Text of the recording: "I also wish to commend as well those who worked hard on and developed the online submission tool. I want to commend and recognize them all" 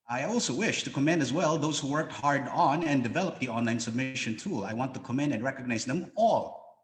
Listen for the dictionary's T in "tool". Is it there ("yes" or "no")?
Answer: yes